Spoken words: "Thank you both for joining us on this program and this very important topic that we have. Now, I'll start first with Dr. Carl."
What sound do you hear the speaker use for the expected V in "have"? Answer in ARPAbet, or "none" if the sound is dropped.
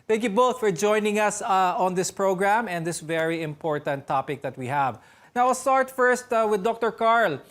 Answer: V